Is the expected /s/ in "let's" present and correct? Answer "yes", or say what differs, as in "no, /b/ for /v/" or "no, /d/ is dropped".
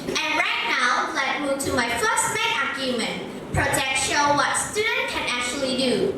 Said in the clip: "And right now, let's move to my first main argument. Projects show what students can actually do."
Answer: no, /s/ is dropped